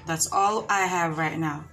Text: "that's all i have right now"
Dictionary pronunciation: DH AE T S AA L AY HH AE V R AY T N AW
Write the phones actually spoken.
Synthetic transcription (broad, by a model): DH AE T S AA L AY HH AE V R AY T N AW